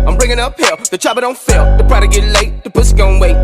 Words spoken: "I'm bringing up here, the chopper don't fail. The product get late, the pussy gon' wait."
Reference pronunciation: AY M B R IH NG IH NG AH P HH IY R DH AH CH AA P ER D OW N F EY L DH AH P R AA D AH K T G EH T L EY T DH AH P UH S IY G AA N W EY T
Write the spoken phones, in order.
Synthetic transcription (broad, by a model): AY M B R IH NG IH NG AH P HH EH L DH AH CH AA B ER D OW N F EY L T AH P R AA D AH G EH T L EY T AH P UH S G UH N W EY